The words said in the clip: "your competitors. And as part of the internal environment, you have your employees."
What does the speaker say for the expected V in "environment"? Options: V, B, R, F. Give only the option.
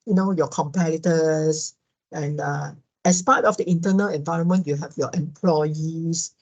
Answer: V